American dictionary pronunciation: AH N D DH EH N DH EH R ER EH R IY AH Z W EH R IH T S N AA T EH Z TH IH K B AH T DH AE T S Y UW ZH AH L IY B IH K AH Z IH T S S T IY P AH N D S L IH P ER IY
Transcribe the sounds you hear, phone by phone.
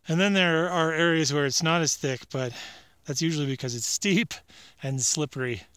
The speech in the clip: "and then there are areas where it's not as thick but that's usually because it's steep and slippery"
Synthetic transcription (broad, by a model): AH N DH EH N DH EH R ER EH R IY AH Z W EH R IH T S N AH T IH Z TH IH K B AH T DH AE T S Y UW ZH L IY B IH K AH Z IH T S S T IY P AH N S L IH P ER IY